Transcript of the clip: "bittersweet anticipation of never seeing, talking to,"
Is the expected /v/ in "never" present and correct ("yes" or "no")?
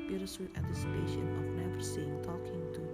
no